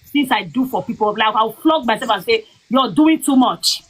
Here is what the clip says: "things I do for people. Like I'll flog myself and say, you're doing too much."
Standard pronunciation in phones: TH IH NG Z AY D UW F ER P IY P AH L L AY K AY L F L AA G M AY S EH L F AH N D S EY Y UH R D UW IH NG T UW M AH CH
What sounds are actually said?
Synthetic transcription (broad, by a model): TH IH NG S AY D UW F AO P IY P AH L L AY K AY W F L AA G M AY S EH L F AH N S EY Y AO D UW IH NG T UW M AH CH